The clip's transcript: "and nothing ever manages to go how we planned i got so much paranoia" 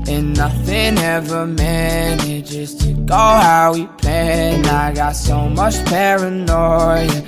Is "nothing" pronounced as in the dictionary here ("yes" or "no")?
yes